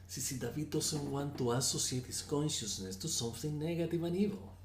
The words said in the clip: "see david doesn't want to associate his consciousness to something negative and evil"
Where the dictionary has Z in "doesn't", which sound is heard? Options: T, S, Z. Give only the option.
S